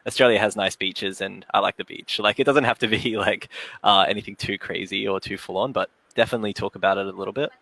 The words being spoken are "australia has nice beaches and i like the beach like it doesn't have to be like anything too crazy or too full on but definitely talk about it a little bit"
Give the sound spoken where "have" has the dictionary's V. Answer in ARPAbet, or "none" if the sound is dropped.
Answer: F